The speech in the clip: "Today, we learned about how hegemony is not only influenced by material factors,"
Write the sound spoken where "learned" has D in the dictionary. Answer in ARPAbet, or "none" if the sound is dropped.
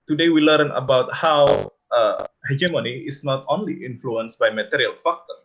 none